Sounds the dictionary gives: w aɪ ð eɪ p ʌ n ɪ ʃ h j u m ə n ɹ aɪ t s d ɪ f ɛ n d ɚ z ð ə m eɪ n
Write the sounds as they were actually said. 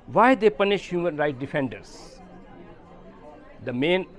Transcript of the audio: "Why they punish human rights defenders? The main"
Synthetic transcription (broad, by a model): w aɪ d eɪ p ʌ n ɪ ʃ h j u m ə n ɹ aɪ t d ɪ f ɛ n d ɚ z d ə m eɪ n